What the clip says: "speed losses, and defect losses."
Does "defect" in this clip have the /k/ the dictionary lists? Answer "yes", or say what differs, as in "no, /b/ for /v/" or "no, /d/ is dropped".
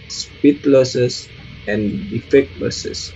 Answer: yes